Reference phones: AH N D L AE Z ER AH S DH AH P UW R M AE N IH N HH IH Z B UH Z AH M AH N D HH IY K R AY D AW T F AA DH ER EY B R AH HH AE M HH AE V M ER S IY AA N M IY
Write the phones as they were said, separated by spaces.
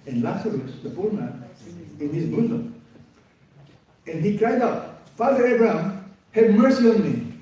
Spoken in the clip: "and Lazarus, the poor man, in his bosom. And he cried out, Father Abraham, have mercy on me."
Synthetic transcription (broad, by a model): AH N L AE S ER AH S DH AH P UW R M AE N IH N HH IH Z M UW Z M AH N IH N IY K R AY D AW T F AA DH ER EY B R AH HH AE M HH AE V M ER S IY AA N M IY